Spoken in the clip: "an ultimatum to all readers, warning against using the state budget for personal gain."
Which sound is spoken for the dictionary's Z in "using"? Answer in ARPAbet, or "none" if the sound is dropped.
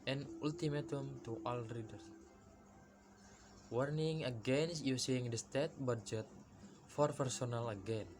S